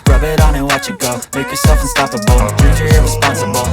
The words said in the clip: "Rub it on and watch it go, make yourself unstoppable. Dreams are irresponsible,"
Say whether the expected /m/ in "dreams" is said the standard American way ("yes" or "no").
no